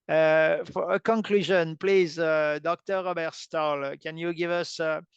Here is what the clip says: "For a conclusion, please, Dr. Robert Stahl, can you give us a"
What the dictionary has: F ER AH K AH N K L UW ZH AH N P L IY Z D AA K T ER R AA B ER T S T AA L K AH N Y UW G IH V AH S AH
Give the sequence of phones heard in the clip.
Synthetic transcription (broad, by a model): F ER AH K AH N K L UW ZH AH N P L IY Z D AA K T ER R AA B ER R S T AA L K AH N Y UW G IH V AH S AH